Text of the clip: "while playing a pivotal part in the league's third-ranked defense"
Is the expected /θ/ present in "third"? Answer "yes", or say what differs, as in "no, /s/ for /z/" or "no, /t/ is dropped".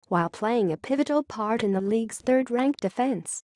yes